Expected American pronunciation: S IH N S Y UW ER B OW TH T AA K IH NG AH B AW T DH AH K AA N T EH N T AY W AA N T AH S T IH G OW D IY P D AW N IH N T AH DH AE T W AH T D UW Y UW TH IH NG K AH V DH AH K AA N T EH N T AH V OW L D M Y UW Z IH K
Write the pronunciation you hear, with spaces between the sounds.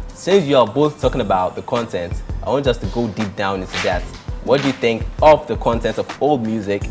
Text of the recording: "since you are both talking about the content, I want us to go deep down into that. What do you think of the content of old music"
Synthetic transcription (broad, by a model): S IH N S Y UW ER B OW TH T AA K IH NG AH B AW T DH AH K AA N T EH N T AY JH AH S T IH G OW D IY P D AW N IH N S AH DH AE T W AH T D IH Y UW TH IH NG K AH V DH AH K AA N T EH N T AH V OW L D M Y UW Z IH K